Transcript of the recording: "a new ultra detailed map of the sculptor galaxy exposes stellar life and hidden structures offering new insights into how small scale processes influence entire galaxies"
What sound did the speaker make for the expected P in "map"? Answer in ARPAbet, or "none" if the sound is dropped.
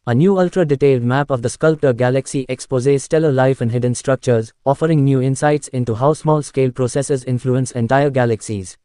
P